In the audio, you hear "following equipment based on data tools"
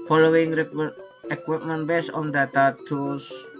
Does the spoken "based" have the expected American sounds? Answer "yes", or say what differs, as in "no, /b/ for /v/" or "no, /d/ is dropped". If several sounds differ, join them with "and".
no, /t/ is dropped